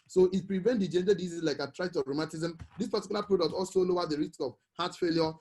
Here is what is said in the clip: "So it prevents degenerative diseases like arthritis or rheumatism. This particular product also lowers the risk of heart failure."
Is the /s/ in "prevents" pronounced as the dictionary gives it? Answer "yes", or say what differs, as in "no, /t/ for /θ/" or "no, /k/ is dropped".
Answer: no, /s/ is dropped